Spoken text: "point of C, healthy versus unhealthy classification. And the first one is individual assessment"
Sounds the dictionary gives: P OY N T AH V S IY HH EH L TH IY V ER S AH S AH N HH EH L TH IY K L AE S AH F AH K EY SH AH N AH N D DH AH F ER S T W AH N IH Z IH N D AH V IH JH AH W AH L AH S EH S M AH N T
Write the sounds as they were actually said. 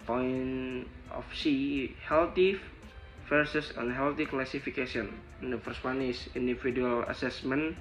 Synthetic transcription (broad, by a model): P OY N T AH F S IY HH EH L T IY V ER S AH S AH N HH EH L T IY K L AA S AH F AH K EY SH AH AH N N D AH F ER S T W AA N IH S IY N D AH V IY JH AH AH L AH S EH S M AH N